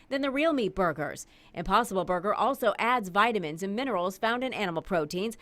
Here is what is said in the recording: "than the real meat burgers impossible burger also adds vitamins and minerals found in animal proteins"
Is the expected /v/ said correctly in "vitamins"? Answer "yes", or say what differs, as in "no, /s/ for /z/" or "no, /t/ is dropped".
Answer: yes